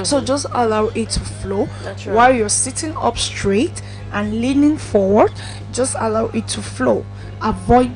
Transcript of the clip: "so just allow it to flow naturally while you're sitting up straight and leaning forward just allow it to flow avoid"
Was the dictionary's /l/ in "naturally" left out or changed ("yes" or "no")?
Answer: yes